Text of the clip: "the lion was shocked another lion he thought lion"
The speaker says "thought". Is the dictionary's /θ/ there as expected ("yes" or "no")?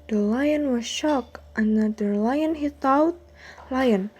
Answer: no